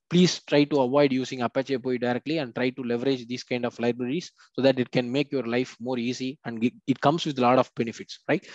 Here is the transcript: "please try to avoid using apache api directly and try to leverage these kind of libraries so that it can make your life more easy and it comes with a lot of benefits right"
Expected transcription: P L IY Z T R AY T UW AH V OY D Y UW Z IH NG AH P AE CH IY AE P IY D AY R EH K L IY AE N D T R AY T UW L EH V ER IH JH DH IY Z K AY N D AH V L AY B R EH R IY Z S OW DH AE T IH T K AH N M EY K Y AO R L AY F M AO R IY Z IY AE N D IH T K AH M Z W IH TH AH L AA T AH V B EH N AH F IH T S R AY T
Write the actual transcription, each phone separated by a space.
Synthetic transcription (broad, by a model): P L IY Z T R AY T UW AH V OY D Y UW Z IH NG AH P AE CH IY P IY D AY R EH K L IY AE N D T R AY T UW L EH V ER IH JH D IY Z K AY N D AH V L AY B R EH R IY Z S OW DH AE T IH T K AH N M EY K Y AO R L AY F M AO R IY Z IY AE N D IH T K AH M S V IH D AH L AA T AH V B EH N AH F IH T S R AY T